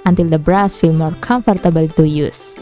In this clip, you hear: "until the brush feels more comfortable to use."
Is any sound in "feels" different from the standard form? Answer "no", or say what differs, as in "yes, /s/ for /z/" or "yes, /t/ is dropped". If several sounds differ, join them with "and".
yes, /z/ is dropped